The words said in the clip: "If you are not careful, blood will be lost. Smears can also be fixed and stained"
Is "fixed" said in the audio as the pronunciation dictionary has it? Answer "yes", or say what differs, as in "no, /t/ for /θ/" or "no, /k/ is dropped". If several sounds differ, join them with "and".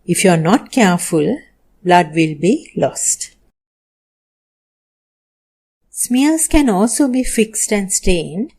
yes